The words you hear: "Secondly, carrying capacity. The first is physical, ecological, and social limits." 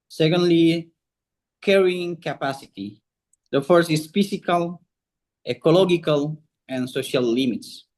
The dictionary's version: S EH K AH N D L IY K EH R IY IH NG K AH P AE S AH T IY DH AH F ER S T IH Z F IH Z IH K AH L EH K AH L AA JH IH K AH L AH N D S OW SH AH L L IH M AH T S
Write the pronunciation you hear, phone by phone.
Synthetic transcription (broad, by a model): S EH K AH N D L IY K EH R IY IH NG K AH P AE S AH T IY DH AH F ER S IH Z F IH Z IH K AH L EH K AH L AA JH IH K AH L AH N S OW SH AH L L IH M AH T S